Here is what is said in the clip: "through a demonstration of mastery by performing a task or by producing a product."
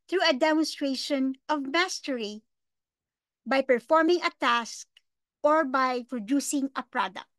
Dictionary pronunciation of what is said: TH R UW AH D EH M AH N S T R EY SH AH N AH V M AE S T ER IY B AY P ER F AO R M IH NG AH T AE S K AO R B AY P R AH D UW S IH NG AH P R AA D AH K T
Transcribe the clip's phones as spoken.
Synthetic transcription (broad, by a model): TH R UW AH D EH M AH N S T R EY SH AH N AH V M AE S T ER IY B AY P ER F AO R M IH NG AH T AE S K AO R B AY P R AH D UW S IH NG AH P R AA D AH K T